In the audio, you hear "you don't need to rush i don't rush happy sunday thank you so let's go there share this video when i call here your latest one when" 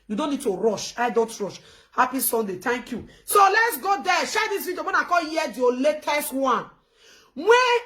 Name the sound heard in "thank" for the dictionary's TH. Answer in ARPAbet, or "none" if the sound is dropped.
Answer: T